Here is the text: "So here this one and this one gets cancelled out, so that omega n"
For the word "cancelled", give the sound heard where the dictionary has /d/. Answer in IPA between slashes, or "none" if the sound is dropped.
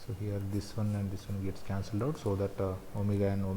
/d/